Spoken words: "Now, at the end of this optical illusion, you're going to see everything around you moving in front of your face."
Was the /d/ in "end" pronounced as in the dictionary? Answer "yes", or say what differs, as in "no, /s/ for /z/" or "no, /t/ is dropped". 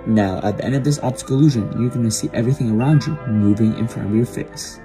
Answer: yes